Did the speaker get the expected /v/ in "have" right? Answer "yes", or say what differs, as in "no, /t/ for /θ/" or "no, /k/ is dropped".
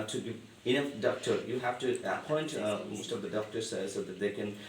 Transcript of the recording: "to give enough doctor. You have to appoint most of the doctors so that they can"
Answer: no, /f/ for /v/